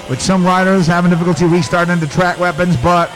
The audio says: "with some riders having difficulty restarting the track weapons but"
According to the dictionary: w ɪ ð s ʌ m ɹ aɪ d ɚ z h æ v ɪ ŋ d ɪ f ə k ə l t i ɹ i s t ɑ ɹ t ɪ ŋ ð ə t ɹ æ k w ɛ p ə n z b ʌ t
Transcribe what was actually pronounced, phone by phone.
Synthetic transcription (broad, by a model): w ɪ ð s ʌ m ɹ aɪ d ɚ z h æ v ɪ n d ɪ f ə k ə l t i w i s t ɑ ɹ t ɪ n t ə t ɹ æ k w ɛ p ə n z b ʌ t